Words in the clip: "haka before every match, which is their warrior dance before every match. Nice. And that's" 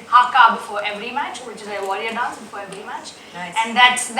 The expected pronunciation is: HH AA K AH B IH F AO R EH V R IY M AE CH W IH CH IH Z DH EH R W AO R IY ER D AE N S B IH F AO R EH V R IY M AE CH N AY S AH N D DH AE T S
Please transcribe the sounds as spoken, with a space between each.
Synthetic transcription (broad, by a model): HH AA K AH B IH F AO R EH V R IY M AE CH W IH CH IH Z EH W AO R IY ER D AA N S B IH F AO R EH V R IY M AE CH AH N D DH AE T S